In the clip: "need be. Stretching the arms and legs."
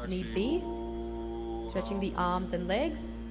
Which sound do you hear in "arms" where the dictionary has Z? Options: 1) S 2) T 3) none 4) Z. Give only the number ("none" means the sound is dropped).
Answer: 4